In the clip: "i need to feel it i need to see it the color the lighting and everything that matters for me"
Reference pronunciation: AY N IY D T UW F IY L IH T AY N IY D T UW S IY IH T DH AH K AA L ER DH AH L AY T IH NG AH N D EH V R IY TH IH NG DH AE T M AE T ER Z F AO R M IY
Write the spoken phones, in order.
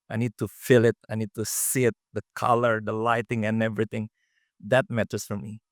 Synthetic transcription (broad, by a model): AY N IY D T UW F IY L IH T AY N IY D T UW S IY IH T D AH K AA L ER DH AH L AY T IH NG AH N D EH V R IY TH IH NG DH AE T M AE T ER S F AO R M IY